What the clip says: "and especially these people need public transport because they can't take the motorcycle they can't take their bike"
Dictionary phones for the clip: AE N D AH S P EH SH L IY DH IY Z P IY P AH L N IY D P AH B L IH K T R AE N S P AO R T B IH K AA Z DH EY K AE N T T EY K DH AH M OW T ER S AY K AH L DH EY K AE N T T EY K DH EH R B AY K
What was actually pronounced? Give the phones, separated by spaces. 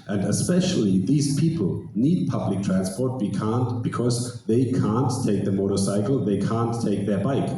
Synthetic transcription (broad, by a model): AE N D AH S P EH SH L IY DH IY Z P IY P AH L N IY D P AH B L IH K T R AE N S P AO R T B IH K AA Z DH EY K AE N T T EY K DH AH M OW T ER S AY K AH L DH EY K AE N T T EY K DH EH R B AY K